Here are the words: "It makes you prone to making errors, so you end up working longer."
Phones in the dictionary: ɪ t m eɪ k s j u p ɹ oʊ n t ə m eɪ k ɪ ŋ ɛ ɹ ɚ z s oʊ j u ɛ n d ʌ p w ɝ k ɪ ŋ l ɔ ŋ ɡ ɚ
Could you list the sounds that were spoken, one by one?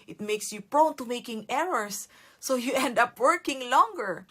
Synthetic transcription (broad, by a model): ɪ t m eɪ k s j u p ɹ oʊ n t ə m eɪ k ɪ ŋ ɛ ɹ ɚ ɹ s oʊ j u ɛ n d ʌ p w ɝ k ɪ ŋ l ɔ ŋ ɡ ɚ